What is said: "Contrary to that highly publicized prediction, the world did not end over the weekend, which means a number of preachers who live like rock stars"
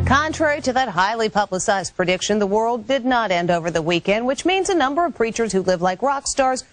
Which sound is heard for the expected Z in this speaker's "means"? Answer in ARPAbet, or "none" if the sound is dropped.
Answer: Z